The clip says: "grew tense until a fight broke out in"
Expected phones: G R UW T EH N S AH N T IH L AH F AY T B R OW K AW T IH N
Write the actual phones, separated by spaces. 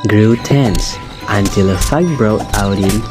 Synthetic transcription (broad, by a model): G R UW T EH N S AH N T IH L AH F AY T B R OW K AW T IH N